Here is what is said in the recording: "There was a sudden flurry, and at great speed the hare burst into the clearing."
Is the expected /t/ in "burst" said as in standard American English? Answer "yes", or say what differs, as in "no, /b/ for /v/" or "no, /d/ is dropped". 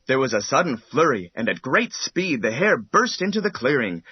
yes